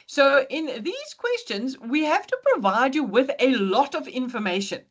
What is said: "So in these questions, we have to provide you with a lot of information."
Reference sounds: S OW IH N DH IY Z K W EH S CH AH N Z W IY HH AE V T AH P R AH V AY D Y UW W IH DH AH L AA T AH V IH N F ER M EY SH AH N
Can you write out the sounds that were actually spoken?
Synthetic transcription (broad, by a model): S OW IH N DH IY Z K W EH S CH AH N Z W IY HH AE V T AH P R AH V AY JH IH W IH DH AH L AA T AH V IH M F ER M EY SH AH N